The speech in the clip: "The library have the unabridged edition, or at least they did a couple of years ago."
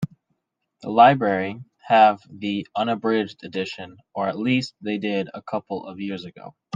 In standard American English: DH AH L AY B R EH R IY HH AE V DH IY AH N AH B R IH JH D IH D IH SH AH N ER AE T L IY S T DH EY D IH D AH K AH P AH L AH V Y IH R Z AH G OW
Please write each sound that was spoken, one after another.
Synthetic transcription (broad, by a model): DH AH L AY B R EH R IY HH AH V DH IY AH N AH B R IH JH D IH D IH SH AH N ER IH T L IY S T DH EY D IH D AH K AH P L AH V Y IH R Z AH G OW